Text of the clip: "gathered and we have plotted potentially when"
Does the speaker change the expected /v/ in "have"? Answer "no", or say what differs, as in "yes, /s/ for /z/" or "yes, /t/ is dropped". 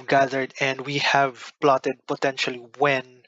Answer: no